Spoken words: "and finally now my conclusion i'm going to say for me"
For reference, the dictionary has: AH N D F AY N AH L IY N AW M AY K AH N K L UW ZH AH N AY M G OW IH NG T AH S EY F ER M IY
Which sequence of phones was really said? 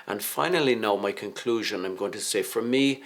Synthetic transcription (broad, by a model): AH N F AY N AH L IY N AW M AY K AH N K L UW ZH AH N AY M G OW IH NG T AH S EY F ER M IY